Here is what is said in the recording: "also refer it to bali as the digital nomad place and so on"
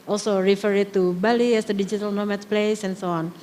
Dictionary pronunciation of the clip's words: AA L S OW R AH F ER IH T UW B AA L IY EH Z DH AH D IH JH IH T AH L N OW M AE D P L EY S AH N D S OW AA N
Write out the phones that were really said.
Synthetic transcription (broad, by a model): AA L S OW R AH F ER IH T UW B AA L IY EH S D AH D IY JH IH T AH L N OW M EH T P L EY S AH N S OW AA N